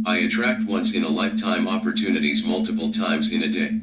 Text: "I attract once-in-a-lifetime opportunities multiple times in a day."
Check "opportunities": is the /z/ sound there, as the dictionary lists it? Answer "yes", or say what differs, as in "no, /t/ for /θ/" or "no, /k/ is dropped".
yes